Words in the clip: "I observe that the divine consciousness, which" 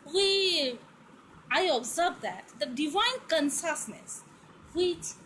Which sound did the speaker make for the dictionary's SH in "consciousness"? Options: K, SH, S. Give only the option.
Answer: S